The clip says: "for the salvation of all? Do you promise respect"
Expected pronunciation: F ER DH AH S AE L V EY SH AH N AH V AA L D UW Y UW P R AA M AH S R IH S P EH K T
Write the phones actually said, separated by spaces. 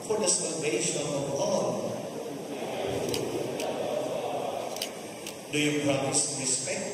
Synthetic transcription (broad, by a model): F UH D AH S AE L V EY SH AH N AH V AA N D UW Y UW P R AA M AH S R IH S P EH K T